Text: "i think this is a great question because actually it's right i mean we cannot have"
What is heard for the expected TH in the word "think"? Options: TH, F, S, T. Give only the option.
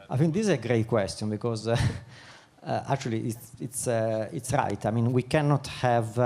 F